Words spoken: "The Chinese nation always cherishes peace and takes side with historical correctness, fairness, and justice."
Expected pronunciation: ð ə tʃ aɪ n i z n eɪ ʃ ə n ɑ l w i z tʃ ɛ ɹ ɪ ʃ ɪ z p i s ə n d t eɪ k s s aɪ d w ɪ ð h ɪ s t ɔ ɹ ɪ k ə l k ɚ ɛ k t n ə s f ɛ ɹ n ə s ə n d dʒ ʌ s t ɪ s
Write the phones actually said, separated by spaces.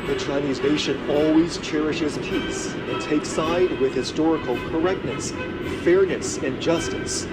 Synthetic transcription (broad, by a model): ð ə tʃ aɪ n i z n eɪ ʃ ə n ɑ l w i z tʃ ɛ ɹ ɪ ʃ ɪ z p i s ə n t eɪ k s s aɪ d w ɪ ð h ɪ s t ɔ ɹ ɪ k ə l k ɚ ɛ k t n ə s f ɛ ɹ n ə s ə n dʒ ʌ s t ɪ s